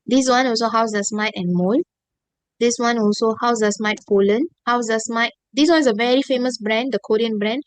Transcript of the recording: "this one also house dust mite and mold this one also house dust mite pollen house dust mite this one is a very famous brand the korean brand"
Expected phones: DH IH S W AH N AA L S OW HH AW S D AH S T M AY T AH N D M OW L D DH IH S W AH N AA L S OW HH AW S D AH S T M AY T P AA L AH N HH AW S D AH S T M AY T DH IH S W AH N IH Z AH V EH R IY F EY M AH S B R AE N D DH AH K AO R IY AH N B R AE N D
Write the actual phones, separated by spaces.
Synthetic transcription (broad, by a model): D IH S W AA N AA L S OW HH AW S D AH S M AY T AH N M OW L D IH S W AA N AA L S OW HH AW S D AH S M AY T F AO L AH N HH AW S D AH S M AY T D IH S W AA N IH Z AH V EH R IY F EY M AH S B R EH N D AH K AO R IY AH N B R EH N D